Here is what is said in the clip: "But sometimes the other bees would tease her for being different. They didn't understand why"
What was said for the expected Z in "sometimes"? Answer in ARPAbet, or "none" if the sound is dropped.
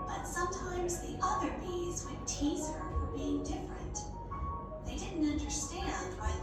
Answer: Z